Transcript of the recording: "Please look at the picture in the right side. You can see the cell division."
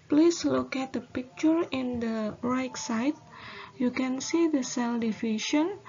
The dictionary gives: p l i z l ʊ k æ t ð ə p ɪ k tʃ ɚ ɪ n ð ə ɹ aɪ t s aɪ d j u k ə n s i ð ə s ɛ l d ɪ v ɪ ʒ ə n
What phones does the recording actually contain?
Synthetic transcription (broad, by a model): p l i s l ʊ k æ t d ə p ɪ k tʃ ɚ ɪ n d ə ɹ aɪ t s aɪ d j u k ə n s i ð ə s ɛ l d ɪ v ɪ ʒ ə n